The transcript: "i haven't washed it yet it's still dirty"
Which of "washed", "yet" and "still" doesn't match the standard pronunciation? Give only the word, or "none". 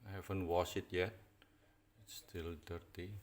washed